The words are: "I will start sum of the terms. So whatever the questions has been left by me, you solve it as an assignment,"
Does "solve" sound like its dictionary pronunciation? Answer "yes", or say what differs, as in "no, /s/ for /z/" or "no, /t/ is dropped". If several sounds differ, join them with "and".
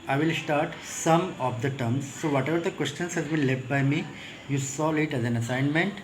no, /v/ is dropped